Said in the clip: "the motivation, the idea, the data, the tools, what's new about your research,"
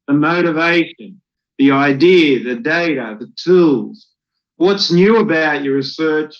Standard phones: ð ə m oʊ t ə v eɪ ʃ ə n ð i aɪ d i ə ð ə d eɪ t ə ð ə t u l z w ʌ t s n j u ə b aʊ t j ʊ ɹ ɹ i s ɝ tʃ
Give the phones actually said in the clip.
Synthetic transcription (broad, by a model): ð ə m oʊ t ə v eɪ ʃ ə n ð i aɪ d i ð ə d eɪ t ə ð ə t u l z w ʌ t s n j u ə b aʊ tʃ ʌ ɹ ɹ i s ɝ tʃ